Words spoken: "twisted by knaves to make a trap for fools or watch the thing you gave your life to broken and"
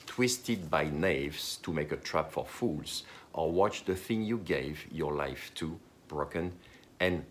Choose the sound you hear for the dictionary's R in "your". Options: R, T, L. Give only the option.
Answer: R